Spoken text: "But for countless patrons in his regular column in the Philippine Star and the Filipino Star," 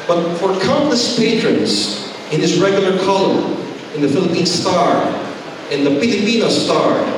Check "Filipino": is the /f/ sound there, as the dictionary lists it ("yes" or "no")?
no